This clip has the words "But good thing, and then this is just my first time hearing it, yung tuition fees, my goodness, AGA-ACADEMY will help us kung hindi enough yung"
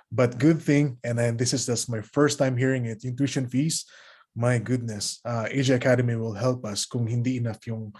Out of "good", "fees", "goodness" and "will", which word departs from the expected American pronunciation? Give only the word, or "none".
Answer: fees